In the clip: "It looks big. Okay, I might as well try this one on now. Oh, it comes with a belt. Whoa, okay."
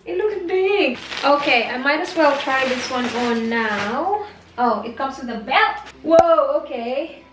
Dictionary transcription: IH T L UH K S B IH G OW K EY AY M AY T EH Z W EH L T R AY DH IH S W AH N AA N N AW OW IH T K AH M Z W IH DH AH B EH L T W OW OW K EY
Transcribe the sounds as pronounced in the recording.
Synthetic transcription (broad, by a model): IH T L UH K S B IH G OW K EY AY M AY T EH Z W EH L T R AY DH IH S W AH N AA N N AW OW IH T K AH M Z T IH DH AH B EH T W OW OW K EY